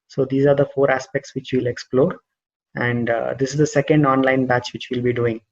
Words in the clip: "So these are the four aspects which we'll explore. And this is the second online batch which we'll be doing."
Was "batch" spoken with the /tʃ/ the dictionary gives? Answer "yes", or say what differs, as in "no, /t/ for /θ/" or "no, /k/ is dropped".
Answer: yes